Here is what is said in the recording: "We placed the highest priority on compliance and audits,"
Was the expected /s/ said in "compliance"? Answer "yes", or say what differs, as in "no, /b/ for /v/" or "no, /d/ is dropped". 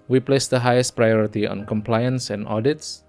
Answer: yes